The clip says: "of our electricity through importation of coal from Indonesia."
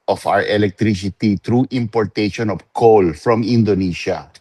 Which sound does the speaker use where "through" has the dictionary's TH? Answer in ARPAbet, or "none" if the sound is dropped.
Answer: T